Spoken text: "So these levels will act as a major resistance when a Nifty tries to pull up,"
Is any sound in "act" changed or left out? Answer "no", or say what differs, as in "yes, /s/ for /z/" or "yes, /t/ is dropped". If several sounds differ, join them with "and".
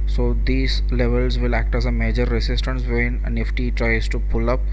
no